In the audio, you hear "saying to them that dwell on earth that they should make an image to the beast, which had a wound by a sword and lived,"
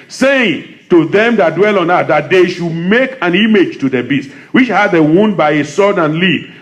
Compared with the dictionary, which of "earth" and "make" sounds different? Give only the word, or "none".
earth